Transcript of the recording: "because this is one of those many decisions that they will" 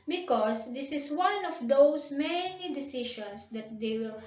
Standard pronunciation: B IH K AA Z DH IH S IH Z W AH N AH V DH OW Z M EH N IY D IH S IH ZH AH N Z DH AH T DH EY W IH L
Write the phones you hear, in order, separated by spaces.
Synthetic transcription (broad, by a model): B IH K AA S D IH S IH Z W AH N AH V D OW S M EH N IY D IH S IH SH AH N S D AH T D EY W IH L